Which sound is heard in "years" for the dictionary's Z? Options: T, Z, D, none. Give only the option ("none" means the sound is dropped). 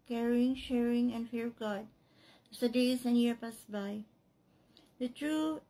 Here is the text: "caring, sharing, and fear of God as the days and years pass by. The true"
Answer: none